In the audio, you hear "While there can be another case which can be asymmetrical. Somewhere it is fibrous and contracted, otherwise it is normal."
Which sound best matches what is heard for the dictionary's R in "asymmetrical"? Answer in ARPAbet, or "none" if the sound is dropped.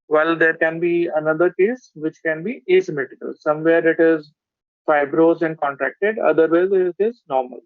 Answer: none